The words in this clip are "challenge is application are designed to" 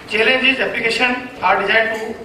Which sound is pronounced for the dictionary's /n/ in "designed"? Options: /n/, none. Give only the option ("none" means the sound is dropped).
none